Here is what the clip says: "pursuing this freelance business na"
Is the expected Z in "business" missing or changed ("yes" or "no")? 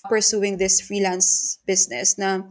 yes